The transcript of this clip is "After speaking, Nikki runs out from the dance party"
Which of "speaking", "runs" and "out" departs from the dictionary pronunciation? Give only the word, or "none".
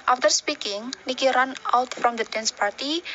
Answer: runs